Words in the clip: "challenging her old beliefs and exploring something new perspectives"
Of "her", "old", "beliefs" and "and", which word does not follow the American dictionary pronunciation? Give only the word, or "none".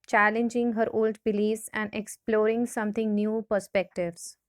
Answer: beliefs